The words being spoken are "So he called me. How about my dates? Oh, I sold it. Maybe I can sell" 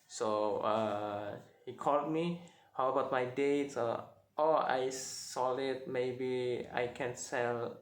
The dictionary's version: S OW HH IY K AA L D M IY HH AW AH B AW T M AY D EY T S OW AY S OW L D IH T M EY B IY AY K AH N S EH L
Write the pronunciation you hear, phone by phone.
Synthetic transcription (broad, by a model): S OW HH IY K AA L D M IY HH AW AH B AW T M AY D EY T S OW AY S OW L IH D M EY B IY AY K AH N S EH L